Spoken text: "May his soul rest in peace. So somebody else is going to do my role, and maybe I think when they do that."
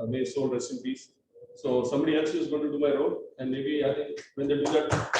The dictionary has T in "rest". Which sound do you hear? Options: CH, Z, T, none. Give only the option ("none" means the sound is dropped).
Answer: none